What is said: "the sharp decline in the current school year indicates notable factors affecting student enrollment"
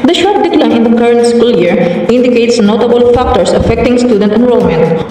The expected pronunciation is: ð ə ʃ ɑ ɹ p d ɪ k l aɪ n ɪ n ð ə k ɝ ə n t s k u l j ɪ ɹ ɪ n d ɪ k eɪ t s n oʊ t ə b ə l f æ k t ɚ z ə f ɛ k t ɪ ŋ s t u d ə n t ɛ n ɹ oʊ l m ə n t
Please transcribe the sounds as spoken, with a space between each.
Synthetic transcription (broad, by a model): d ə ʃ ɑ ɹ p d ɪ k l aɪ ɪ n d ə k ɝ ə n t s k u l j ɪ ɹ ɪ n d ɪ k eɪ t s n oʊ t ə b ə l f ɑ k t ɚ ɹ ə f ɛ k t ɪ ŋ s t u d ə n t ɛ n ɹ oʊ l m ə n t